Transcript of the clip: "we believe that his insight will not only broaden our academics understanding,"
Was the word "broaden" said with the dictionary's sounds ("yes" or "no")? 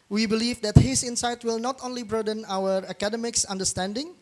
yes